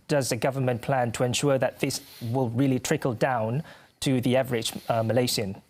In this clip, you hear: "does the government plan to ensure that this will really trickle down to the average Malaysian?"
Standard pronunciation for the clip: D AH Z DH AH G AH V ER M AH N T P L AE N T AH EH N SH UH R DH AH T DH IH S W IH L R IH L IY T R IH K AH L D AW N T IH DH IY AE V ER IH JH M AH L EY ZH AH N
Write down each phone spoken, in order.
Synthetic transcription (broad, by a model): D AH Z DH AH G AH V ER M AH N P L AE N T AH EH N SH UH R DH AH T DH IH S W IH L R IH L IY T R IH K AH L D AW N T IH DH IY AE V ER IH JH M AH L EY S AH N